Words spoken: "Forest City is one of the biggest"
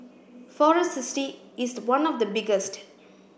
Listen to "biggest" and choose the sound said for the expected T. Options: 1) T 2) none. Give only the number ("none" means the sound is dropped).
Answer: 1